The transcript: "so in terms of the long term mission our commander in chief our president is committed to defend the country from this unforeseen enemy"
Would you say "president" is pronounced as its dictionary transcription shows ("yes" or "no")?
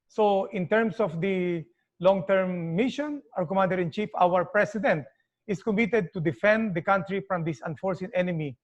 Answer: no